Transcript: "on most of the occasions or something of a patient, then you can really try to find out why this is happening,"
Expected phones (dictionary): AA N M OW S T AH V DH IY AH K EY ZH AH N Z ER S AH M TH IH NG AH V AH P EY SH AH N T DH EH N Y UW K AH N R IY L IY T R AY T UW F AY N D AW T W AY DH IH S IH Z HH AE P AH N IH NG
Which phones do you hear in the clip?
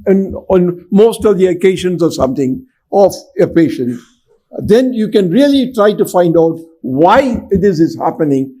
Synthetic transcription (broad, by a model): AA N M OW S T AH V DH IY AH K EY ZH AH N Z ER S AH M T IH NG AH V AH P EY SH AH N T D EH N Y UW K AH N R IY L IY T R AY T UW F AY N D AW T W AY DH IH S IH Z HH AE P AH N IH NG